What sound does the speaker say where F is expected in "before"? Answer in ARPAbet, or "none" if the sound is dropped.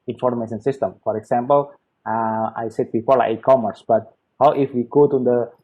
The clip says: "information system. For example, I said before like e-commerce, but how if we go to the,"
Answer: P